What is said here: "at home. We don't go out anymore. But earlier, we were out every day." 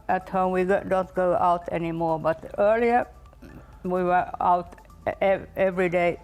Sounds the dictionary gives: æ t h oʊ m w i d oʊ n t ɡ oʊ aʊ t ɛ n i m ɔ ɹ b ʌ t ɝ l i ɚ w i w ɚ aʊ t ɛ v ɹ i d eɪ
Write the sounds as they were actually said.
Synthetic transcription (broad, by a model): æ t h oʊ m w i d oʊ n t ɡ oʊ aʊ t ɛ n i m ɔ ɹ b ʌ t ɝ l i ɚ w i w ɚ aʊ t ɛ v ɹ i d eɪ